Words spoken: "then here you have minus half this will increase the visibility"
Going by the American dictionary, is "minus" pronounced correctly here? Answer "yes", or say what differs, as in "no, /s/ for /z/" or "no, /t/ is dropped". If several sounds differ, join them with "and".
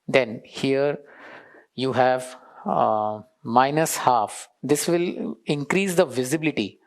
yes